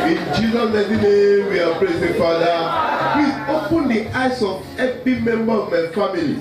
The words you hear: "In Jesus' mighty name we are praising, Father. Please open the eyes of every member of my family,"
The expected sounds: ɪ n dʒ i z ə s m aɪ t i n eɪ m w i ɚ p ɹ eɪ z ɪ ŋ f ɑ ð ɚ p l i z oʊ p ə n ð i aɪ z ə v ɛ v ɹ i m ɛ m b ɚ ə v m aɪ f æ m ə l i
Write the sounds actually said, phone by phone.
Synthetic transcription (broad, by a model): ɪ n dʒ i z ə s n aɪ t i n eɪ m w i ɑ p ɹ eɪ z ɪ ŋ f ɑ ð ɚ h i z oʊ p ə n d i aɪ s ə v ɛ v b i m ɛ m b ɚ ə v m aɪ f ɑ m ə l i